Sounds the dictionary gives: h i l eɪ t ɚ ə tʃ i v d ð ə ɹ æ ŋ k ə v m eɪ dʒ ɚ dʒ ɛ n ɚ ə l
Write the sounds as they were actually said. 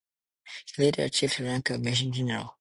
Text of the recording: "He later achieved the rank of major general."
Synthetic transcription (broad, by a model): h i l eɪ t ɚ ə tʃ i v d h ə ɹ æ ŋ k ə m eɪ ʃ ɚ dʒ ɛ n ɚ ə l